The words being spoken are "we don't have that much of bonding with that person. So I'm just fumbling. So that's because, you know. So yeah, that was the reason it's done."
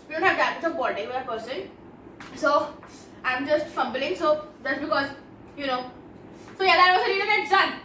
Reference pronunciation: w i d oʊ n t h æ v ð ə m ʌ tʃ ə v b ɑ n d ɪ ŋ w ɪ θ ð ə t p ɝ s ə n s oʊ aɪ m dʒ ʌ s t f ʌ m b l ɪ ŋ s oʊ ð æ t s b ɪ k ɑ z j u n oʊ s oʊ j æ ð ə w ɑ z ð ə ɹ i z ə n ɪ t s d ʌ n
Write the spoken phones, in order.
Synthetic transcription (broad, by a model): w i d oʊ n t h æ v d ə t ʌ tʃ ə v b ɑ d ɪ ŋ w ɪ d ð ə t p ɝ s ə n s oʊ aɪ m dʒ ʌ s t f ʌ m b l ɪ ŋ s oʊ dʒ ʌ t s b ɪ k ɑ z j u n oʊ s oʊ j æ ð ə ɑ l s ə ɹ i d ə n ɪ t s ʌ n